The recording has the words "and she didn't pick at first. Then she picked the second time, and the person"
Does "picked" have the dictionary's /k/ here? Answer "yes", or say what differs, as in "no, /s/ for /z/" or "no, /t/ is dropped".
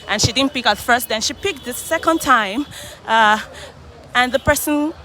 yes